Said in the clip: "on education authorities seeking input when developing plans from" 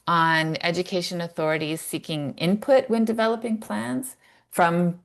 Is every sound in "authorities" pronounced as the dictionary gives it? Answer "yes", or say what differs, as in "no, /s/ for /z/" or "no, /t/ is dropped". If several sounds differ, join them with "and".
yes